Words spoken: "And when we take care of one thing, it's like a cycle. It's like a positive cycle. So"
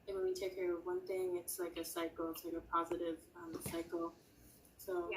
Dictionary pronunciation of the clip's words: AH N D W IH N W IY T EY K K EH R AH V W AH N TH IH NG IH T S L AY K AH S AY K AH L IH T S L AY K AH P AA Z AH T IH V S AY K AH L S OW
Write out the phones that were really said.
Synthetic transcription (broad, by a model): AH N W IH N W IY T EY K K EH R AH V W AH N TH IH NG IH T S L AY K AH S AY K L IH T S L AY K AH P AA Z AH T IH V S AY K L S OW